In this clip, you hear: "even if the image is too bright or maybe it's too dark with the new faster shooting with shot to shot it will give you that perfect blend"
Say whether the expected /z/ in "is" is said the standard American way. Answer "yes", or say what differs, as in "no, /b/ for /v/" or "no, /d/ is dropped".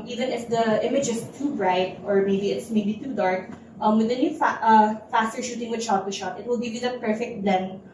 no, /s/ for /z/